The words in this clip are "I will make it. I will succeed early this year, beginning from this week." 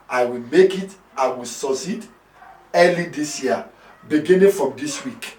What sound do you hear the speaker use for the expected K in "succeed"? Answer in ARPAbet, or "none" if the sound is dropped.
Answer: none